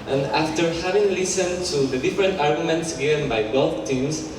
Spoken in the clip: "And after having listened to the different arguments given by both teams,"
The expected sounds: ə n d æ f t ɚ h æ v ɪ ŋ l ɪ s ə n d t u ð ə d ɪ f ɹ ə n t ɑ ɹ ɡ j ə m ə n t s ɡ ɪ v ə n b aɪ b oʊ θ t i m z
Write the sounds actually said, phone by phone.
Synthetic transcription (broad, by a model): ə n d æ f t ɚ h æ v ɪ ŋ l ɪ s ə n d t u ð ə d ɪ f ɹ ə n t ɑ ɹ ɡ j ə m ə n t s ɡ ɪ v ə n b aɪ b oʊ f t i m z